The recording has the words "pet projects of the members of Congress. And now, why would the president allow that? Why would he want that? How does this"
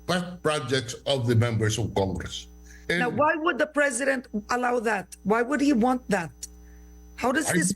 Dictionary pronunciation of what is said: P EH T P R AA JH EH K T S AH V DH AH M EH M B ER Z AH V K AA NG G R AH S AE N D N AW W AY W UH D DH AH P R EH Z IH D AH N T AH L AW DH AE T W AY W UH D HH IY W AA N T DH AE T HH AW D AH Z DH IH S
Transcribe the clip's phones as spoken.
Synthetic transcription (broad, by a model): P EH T P R AA JH EH K T S AH V DH AH M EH M B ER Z AH V K AA NG G R AH S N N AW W AY W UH D DH AH P R EH Z IH D AH N T AH L AW DH AE T W AY W UH D HH IY W AA N T DH AE T HH AW D AH Z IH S